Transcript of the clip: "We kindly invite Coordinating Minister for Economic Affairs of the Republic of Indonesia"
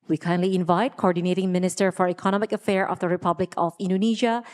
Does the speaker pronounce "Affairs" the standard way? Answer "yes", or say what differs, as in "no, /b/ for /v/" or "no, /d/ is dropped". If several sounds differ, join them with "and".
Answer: no, /z/ is dropped